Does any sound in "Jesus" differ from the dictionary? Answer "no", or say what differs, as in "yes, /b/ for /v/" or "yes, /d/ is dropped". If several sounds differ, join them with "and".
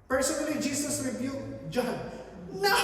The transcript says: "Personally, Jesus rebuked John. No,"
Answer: yes, /s/ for /z/